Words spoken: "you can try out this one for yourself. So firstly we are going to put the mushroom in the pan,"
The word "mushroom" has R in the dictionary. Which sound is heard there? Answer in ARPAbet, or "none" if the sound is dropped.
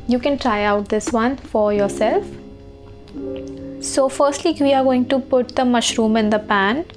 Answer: R